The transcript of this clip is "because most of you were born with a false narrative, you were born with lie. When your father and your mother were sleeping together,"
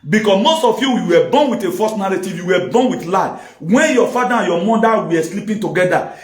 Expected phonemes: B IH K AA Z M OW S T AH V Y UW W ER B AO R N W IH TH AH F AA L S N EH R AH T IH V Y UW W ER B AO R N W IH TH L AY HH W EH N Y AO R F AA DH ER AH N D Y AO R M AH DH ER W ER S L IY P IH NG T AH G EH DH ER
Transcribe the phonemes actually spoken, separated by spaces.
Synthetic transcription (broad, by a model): B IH K AA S M OW S T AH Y Y UW W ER B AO N W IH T AH F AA S N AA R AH T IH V Y UW W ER B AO N W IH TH L AY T W EH N Y AO F AA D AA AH N Y AO M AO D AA W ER S L IY P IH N T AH G EH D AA